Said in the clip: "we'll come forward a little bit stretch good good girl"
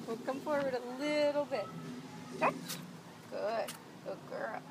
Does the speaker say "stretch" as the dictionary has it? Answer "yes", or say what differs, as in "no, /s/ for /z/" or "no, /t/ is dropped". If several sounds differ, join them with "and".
no, /ɹ/ is dropped